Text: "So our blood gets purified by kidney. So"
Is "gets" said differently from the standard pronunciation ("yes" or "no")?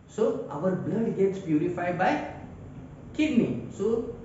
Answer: no